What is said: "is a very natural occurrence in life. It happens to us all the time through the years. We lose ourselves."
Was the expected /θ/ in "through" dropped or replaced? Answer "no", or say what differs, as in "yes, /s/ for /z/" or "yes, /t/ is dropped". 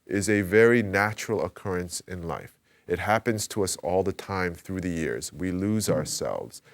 no